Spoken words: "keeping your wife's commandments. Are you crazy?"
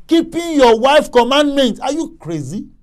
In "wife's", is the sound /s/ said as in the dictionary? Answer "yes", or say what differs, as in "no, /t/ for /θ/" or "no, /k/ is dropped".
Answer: no, /s/ is dropped